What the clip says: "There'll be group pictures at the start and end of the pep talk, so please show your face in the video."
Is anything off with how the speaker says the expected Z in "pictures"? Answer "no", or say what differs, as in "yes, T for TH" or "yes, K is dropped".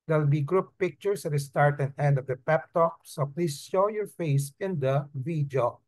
yes, S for Z